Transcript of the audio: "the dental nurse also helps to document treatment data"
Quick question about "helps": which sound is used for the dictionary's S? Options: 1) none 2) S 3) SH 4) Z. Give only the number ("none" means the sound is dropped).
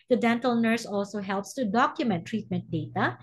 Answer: 2